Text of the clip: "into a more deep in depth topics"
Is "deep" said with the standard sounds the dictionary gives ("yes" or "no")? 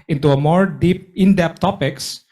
yes